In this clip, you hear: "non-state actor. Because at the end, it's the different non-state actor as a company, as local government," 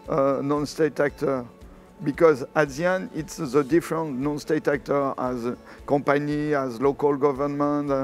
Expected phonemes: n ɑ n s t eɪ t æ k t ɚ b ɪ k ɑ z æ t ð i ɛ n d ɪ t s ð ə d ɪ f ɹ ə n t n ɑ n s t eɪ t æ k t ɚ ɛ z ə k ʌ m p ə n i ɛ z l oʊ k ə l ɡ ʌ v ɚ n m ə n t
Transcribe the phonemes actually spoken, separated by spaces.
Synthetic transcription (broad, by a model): n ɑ n s t eɪ t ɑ k t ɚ b ɪ k ɑ z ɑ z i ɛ n ɪ t s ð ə d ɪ f ɹ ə n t n ɑ n s t eɪ t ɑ k t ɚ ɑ z k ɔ p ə n i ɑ z l oʊ k ə l ɡ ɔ v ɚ n m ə n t